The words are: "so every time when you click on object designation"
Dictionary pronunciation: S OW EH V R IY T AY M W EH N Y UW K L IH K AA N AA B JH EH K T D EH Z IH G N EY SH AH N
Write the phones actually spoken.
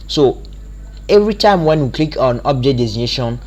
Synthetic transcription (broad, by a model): S OW EH V R IY T AY M W EH N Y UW K L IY K AA N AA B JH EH T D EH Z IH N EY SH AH N